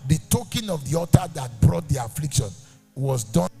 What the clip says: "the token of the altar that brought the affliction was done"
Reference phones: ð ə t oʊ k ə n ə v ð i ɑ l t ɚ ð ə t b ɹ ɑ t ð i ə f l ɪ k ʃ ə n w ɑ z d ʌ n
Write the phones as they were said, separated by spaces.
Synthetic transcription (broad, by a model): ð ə t oʊ k ə n ə v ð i ɑ t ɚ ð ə t b ɹ ɑ t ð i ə f l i k ʃ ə n w ɑ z d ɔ